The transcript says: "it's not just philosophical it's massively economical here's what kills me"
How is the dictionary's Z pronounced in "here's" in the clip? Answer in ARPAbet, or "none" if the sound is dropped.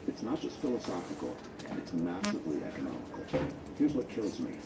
Z